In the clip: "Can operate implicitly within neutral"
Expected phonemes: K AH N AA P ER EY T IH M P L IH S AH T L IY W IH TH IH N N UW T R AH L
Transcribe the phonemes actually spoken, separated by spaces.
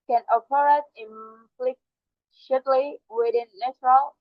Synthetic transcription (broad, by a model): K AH N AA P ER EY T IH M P L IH SH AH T L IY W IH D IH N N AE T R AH L